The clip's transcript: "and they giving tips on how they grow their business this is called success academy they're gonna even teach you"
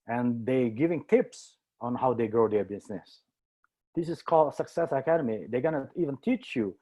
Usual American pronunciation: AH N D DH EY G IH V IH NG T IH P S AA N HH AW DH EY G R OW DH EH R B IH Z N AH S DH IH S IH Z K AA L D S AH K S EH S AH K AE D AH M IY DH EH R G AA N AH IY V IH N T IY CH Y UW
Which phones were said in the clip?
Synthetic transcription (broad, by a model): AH N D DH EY G IH V IH NG T IH P S AA N HH AW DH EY G R OW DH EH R B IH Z N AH S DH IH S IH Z K AA L D S AH K S EH S AH K AE D AH M IY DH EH G AA N AH IY V IH N T IY CH Y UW